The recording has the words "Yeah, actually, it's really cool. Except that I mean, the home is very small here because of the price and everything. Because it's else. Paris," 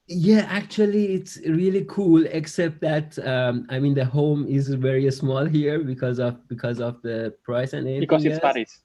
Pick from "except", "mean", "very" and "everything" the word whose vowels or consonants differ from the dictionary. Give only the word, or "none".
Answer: everything